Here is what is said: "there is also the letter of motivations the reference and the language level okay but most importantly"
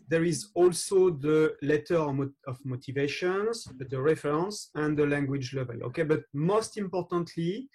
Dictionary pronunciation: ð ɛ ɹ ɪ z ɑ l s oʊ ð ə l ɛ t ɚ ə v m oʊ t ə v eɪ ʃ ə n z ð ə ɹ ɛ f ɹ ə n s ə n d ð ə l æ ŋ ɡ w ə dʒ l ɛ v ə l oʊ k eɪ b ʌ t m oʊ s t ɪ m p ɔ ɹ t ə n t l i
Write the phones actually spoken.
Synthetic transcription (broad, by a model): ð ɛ ɹ ɪ z ɑ l s oʊ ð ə l ɛ t ɚ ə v m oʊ t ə v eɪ ʃ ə n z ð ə ɹ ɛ f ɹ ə n s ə n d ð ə l æ ŋ ɡ w ə dʒ l ɛ v ə l oʊ k eɪ b ʌ t m oʊ s t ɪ m p ɔ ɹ t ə n t l i